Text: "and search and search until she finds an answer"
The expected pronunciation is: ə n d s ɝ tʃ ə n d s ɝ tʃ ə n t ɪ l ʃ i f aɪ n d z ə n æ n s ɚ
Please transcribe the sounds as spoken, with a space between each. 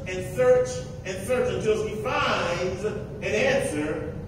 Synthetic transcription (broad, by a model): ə n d s ɝ tʃ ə n s ɝ tʃ ə n t ɪ l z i f aɪ n d z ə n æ n s ɚ